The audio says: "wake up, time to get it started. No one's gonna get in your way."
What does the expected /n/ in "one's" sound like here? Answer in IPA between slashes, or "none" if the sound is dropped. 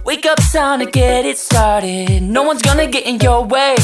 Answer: /n/